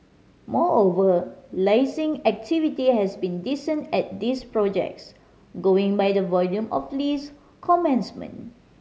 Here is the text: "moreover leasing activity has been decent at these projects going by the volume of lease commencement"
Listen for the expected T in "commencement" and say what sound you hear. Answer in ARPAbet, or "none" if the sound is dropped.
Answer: none